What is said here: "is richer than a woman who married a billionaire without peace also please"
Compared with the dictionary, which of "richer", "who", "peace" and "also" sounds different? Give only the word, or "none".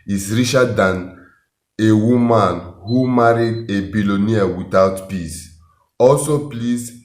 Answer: richer